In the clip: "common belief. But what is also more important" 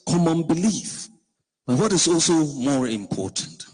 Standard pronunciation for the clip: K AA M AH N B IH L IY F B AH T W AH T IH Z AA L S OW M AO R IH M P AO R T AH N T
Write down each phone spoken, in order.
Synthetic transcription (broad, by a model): K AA M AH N B IH L IY F B AH T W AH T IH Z AA L S OW M AO R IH M P AO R T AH N T